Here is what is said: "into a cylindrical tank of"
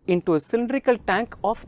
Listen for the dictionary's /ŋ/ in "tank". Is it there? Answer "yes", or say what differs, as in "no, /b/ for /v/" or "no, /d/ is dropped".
yes